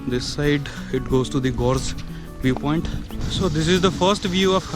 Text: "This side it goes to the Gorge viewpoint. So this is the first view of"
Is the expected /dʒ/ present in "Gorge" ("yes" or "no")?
no